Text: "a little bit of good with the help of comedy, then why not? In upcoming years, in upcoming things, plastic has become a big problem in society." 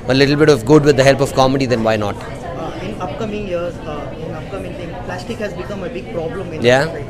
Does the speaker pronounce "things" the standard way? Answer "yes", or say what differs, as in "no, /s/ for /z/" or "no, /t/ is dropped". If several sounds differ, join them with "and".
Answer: no, /t/ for /θ/ and /z/ is dropped